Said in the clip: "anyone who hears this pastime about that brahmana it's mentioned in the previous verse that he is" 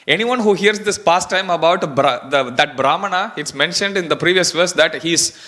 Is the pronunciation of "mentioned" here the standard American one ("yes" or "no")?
yes